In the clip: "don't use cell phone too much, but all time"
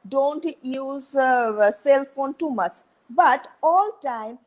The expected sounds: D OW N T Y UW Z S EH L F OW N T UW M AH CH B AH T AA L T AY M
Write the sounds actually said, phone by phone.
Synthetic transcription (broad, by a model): D OW N T Y UW Z S EH L F OW N T UW M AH S B AH T AA L T AY M